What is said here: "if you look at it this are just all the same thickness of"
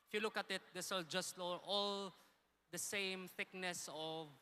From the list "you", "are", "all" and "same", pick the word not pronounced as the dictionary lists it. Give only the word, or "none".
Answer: are